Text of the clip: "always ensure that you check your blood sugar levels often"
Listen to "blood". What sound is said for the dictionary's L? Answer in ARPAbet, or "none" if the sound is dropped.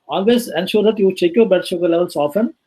none